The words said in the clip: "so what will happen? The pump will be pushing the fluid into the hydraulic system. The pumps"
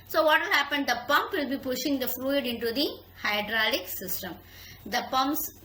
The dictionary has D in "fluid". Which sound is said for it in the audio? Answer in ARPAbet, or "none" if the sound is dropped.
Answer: D